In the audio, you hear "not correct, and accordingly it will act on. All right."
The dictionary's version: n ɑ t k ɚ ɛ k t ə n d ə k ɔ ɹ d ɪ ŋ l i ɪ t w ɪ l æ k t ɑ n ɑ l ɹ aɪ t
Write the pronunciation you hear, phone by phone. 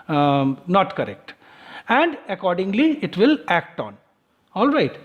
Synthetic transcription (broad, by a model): n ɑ t k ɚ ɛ k t ə n d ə k ɔ ɹ d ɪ ŋ l i ɪ t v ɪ l æ k t ɑ n ɑ l ɹ aɪ t